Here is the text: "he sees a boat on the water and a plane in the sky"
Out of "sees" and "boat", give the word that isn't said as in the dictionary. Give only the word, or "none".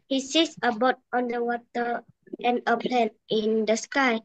sees